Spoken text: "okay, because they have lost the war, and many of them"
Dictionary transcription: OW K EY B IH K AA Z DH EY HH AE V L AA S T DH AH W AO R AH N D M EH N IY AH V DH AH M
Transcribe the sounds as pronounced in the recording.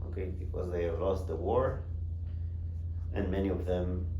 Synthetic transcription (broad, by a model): OW K EY B IH K AA Z DH EY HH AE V L AA S T DH AH W AO R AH N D M EH N IY AH V DH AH M